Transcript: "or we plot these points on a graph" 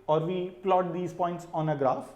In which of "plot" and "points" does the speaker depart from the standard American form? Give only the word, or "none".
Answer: none